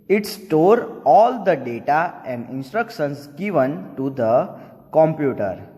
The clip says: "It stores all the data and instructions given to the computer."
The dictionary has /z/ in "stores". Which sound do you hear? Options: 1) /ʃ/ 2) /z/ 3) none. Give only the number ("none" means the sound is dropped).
3